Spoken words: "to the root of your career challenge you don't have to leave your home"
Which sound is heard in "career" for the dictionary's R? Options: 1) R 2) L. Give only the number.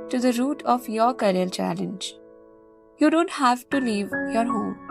2